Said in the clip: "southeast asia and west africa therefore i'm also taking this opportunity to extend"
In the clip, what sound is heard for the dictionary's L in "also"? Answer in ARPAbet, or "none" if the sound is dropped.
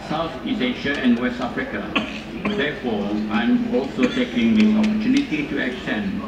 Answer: L